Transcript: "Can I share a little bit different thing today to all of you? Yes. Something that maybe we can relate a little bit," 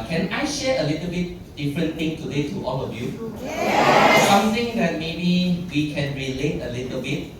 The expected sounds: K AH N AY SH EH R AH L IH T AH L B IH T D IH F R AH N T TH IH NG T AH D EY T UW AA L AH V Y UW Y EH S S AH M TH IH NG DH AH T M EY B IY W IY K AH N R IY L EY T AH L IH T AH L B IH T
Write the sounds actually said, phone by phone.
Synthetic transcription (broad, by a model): K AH N AY SH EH AH L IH T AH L B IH T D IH F R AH N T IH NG T AH D EY T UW AA L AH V Y UW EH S S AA M T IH NG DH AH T M EY B IY W IY K AH N R IY L EY T AH L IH T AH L B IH T